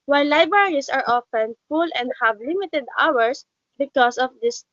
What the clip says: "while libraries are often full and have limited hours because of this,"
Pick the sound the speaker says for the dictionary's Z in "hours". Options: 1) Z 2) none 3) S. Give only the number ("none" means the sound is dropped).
3